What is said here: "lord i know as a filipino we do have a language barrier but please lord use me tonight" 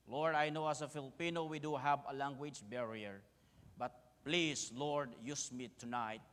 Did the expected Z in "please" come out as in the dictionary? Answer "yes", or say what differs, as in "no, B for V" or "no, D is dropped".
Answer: no, S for Z